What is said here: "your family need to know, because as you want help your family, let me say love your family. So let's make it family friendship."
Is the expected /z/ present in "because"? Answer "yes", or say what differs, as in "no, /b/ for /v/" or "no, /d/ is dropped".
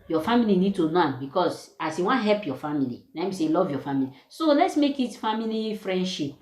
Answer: no, /s/ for /z/